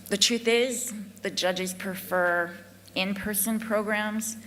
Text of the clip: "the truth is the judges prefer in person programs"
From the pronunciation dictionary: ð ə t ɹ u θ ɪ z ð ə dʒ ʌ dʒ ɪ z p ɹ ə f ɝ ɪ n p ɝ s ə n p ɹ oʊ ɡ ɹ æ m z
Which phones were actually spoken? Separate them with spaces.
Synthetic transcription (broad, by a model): ð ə t ɹ u θ ɪ z ð ə dʒ ʌ dʒ ɪ z p ɹ ə f ɝ ɪ n p ɝ s ə n p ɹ oʊ ɡ ɹ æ m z